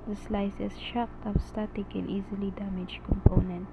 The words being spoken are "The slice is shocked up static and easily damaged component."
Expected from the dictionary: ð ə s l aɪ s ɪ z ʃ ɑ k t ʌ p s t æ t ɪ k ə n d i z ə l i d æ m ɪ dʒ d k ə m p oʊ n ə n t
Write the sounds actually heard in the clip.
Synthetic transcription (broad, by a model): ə s l aɪ s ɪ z ʃ ɑ k t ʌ f s t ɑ t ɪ k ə n i z ə l i d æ m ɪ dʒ k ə m p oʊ n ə n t